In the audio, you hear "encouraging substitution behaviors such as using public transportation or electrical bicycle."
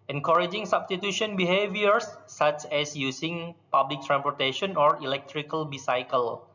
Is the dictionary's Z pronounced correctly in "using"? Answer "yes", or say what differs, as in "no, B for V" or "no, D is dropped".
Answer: no, S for Z